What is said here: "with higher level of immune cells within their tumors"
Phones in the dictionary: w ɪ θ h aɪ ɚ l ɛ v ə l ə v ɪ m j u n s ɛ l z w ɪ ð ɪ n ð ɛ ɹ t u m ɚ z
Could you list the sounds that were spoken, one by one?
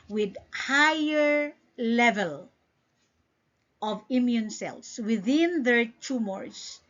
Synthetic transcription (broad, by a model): w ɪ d h aɪ ɚ l ɛ v ə l ə v ɪ m j u n s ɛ l s w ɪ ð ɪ n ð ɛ ɹ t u m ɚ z